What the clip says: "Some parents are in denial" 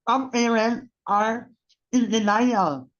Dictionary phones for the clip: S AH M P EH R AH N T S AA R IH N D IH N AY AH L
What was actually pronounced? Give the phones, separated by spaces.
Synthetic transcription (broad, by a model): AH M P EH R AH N T AA R IH N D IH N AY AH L